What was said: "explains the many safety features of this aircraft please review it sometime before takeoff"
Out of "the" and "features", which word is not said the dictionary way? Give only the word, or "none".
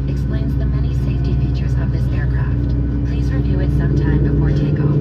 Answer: none